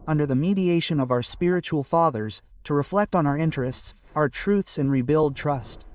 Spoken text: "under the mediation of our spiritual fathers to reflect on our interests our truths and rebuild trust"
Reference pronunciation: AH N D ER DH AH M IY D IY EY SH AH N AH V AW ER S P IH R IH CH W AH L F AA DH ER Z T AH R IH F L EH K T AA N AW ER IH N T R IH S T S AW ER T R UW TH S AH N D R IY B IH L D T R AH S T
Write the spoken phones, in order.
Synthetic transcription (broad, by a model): AH N D ER DH AH M IY D IY EY SH AH N AH V AW ER S P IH R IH CH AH L F AA DH ER Z T AH R IH F L EH K T N AW ER IH N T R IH S T S AW ER T R UW TH S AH N R IY B IH L D T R AH S T